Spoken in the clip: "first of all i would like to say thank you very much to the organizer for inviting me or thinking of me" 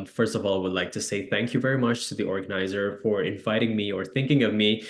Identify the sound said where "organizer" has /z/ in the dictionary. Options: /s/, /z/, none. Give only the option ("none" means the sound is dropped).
/z/